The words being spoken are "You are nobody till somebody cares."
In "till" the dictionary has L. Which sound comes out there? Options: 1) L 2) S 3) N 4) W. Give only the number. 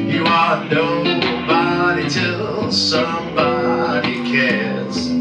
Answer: 1